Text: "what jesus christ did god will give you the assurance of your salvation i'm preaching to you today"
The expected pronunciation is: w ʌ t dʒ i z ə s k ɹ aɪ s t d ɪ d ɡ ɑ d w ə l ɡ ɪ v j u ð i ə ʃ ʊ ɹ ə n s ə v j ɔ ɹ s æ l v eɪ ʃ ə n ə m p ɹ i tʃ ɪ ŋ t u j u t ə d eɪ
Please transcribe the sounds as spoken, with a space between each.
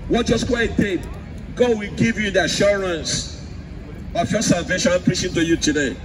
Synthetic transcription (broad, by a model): w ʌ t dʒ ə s k w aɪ t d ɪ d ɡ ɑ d w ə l ɡ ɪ v j u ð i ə ʃ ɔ ɹ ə n s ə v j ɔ s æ l v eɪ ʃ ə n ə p ɹ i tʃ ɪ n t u j u t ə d eɪ